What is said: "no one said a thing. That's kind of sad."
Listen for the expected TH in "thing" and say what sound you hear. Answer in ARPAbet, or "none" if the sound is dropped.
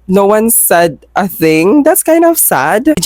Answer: TH